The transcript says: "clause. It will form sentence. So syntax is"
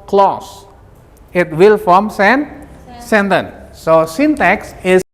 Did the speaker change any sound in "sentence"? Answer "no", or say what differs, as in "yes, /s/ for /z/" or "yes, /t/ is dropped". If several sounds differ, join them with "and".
yes, /s/ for /t/